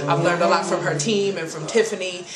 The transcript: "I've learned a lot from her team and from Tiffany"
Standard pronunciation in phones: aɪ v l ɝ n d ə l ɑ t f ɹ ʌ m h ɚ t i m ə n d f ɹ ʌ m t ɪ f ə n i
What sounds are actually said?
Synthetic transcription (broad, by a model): aɪ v l ɝ n d ə l ɑ t f ɹ ʌ m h ɚ t i m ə n f ɹ ʌ m t ɪ f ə n i